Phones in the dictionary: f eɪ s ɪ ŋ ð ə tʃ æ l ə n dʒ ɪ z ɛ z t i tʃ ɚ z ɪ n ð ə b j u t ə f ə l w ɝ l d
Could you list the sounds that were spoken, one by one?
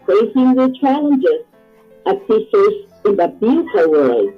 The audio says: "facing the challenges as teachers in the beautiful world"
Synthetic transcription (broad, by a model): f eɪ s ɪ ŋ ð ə tʃ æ l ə n dʒ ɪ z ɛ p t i s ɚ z ɪ n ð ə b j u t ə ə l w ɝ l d